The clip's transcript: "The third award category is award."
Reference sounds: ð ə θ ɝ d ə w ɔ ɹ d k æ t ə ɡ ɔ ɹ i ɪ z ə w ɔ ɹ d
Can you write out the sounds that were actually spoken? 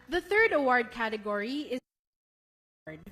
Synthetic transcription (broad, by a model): ð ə θ ɝ d ə w ɔ ɹ d k æ t ə ɡ ɔ ɹ i ɪ ɹ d